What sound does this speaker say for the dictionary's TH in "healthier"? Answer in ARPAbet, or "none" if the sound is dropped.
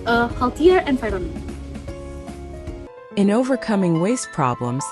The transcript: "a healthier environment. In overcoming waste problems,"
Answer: T